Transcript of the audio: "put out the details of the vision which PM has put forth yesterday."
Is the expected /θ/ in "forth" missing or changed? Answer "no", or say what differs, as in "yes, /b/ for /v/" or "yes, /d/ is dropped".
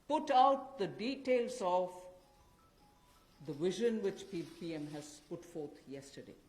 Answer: yes, /t/ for /θ/